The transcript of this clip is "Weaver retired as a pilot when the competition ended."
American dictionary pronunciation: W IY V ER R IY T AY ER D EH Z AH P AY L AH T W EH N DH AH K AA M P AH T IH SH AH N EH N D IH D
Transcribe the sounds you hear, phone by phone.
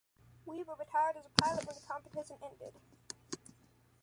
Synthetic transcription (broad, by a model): W IY W ER R IY T AY ER D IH Z AH P AY L AH T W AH N DH AH K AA M P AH T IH S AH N EH N D IH D